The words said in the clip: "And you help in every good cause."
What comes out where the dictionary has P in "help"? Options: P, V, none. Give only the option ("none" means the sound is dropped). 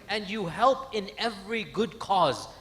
P